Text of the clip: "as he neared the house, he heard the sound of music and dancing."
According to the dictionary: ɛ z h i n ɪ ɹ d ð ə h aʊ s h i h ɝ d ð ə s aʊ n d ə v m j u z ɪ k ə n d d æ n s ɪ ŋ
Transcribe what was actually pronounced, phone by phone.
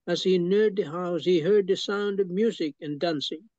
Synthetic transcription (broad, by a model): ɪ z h i n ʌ ɹ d ð ə h aʊ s h i h ɝ d ð ə s aʊ n d ə v m j u z ɪ k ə n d d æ n s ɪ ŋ